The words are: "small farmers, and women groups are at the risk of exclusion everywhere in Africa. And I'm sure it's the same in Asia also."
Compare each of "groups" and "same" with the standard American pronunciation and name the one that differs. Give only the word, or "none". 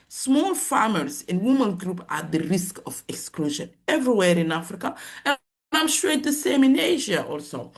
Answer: groups